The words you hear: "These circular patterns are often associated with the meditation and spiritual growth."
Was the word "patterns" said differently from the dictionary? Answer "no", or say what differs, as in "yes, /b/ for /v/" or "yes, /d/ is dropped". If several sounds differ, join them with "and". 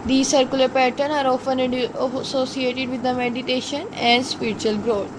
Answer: yes, /z/ is dropped